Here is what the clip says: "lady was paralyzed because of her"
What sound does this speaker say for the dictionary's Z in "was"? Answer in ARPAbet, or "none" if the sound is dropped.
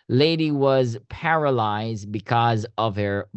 Z